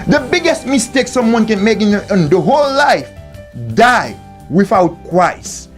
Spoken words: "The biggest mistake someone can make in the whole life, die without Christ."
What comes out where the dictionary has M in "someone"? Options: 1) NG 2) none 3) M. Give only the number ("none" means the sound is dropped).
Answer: 3